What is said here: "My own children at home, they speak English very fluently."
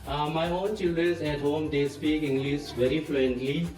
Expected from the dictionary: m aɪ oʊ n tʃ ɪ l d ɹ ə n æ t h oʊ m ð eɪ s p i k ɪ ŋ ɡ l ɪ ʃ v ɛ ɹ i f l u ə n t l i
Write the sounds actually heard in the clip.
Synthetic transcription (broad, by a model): m aɪ oʊ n tʃ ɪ l d ɹ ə n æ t h oʊ m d eɪ s p i k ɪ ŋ ɡ l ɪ s v ɛ ɹ i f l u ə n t l i